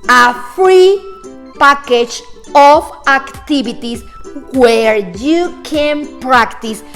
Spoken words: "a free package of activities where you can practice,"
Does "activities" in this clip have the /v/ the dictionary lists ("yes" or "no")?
no